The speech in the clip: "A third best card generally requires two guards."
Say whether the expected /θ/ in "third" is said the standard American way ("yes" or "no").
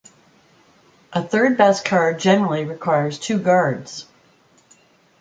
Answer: yes